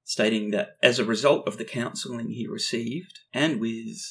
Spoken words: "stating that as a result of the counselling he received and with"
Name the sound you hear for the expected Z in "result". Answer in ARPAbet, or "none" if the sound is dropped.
Z